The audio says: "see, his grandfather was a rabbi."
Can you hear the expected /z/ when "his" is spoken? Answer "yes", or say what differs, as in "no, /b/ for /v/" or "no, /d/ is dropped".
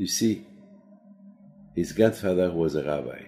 yes